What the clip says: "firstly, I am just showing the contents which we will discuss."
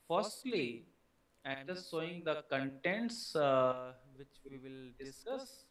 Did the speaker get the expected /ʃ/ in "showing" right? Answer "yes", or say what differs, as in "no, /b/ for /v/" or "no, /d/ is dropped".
no, /s/ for /ʃ/